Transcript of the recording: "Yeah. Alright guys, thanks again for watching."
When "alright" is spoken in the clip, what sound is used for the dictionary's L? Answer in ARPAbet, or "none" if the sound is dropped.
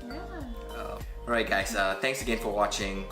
none